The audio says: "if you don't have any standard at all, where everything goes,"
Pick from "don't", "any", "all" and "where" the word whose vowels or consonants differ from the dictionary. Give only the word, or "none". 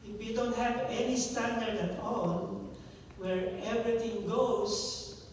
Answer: all